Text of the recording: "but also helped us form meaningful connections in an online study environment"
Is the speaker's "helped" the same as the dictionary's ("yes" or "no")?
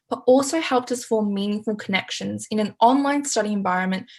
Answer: yes